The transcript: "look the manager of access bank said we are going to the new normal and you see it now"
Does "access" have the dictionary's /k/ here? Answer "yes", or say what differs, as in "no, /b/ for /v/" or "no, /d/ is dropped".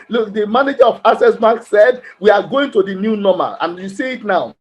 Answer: no, /k/ is dropped